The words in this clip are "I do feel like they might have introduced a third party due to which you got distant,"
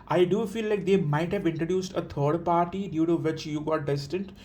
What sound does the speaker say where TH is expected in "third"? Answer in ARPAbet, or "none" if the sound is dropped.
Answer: T